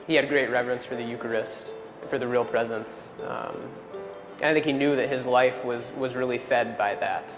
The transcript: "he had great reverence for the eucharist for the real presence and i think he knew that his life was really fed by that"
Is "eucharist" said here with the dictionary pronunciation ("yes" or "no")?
yes